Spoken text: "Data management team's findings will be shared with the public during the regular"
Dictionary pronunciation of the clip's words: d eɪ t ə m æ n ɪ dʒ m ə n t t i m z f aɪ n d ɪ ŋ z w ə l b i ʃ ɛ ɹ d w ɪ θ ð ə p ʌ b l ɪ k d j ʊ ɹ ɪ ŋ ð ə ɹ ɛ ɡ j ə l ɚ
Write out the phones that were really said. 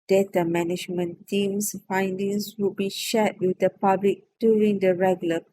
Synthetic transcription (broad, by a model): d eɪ t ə m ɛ n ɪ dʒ m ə n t t i m s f aɪ n d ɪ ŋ s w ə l b i ʃ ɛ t w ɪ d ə p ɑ b l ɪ k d j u ɹ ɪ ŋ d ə ɹ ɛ ɡ j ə l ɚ